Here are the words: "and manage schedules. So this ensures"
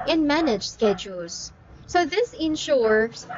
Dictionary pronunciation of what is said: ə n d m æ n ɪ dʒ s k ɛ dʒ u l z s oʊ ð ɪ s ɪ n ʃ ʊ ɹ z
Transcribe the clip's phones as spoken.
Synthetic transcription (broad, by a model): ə n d m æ n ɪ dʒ s k ɛ dʒ u l z s oʊ ð ɪ s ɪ n ʃ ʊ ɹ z